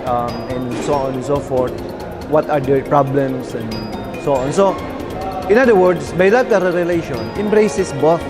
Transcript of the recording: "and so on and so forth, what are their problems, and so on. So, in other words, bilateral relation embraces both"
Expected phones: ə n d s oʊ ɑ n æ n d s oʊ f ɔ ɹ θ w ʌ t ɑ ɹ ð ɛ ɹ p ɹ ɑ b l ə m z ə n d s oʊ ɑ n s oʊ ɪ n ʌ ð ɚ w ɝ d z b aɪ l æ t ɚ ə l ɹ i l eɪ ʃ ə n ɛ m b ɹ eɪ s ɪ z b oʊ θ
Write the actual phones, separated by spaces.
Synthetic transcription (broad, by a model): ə n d s oʊ ɑ n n s oʊ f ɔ ɹ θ w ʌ t ɑ ɹ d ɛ ɹ p ɹ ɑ b l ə m s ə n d s oʊ ɑ n s oʊ ɪ n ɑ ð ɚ w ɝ d s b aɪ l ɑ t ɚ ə ɹ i l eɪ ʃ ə n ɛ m b ɹ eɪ s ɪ s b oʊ